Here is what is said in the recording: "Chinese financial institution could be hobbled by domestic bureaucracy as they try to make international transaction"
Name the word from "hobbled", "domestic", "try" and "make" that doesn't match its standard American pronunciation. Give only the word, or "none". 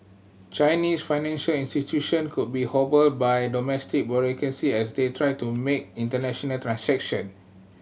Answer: none